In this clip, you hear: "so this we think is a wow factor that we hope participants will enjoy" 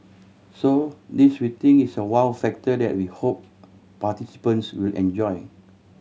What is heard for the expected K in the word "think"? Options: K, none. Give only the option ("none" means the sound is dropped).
none